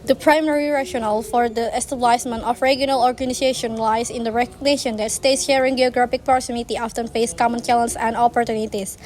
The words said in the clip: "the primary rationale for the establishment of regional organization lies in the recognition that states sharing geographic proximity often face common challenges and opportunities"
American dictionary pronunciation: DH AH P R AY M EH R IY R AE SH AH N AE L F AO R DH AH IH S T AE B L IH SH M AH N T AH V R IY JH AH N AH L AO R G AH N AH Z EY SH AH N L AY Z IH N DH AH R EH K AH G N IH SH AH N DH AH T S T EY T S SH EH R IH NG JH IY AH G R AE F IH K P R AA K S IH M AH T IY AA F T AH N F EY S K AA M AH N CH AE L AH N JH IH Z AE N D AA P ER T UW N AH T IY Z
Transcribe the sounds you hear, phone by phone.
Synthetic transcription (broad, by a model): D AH P R AY M EH R IY R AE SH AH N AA L F AO R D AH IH S T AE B L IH S M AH N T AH F R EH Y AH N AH L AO R G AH N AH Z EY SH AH N L AY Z IH N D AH R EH K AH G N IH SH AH N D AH T S T EY T S SH EH R IH NG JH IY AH G R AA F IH K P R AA S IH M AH T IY AA F T AH N F EY S K AA M AH N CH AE L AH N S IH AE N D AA P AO T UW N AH T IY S